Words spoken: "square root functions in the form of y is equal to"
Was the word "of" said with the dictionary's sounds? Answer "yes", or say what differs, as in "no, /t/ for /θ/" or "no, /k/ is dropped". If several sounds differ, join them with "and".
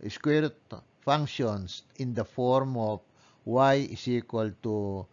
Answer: no, /p/ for /v/